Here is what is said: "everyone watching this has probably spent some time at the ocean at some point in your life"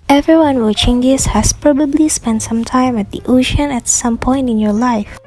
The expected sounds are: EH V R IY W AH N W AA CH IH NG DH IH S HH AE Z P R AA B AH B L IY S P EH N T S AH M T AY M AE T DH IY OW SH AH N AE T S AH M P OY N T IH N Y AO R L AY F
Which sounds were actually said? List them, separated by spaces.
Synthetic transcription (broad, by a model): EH V R IY W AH N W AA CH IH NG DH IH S HH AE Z P R AA B AH B L IY S P EH N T S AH M T AY M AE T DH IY OW SH AH N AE T S AH M P OY N T IH N Y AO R L AY F